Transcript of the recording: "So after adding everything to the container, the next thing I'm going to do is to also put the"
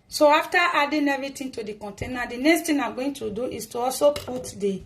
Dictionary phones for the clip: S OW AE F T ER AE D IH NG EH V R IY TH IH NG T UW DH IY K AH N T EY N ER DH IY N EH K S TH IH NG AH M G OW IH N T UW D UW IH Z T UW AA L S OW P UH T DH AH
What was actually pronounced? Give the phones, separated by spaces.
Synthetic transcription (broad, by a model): S OW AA F T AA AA D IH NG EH V R IY T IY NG T UW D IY K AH N T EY N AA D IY N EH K S T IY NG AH G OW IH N T UW D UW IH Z T UW AA L S OW P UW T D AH